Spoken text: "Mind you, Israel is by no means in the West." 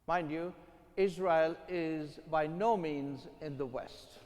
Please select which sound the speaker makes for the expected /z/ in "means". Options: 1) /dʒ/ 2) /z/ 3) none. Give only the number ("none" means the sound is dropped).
2